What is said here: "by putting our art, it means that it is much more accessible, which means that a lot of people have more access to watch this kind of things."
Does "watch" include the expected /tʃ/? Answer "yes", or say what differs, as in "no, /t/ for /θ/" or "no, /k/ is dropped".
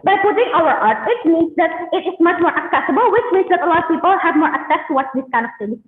no, /s/ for /tʃ/